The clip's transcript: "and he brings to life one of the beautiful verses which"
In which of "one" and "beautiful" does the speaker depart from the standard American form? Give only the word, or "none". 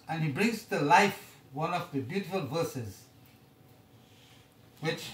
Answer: none